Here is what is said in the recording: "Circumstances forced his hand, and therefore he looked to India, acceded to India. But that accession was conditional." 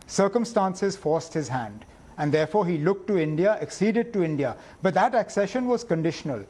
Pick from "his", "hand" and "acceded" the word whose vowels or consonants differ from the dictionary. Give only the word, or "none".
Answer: none